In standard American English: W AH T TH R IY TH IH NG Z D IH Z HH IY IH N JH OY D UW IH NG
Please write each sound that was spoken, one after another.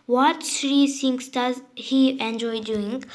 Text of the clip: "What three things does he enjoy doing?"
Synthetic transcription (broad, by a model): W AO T S R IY S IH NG S D IH Z HH IY IH N JH OY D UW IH NG